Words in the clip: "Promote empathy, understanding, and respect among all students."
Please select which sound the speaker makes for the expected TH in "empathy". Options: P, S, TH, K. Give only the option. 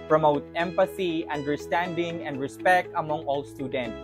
S